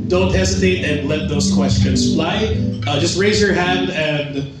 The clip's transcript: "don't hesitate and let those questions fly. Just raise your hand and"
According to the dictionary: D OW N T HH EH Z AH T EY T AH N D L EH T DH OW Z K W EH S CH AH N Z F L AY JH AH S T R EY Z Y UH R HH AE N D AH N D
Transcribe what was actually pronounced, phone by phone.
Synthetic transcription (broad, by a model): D OW N T HH EH Z AH T EY T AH N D L EH T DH OW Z K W EH S CH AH N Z F L AY JH AH S T R EY Z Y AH R HH AE N D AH N